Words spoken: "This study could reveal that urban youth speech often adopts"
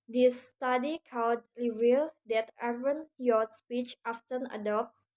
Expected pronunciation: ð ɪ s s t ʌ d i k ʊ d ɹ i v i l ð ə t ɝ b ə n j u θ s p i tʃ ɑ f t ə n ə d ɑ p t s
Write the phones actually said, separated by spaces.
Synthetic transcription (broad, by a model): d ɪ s s t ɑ d i k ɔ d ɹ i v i l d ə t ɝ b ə n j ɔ s p i tʃ ɑ f t ə n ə d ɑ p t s